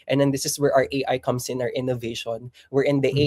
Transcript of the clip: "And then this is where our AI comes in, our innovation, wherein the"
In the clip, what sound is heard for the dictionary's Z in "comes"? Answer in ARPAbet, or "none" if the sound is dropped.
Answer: S